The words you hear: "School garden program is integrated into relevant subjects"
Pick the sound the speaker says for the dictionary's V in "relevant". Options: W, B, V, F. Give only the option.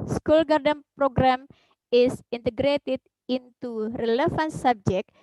F